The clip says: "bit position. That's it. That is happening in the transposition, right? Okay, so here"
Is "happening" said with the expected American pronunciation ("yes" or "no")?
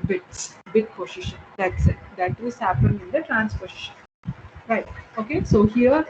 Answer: no